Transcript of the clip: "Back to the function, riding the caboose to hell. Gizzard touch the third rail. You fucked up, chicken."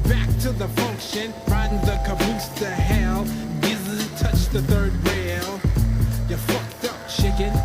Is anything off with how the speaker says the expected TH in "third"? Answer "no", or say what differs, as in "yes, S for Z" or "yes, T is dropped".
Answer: no